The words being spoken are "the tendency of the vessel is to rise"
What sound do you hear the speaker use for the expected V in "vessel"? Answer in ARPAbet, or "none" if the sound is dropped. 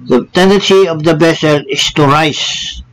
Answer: B